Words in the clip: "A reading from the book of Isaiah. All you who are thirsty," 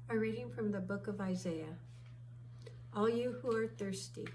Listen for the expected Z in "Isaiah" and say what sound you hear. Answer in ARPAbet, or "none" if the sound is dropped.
Z